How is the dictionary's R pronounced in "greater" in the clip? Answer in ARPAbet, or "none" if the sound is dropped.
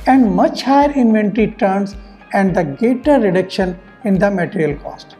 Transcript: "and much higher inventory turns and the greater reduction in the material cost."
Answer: none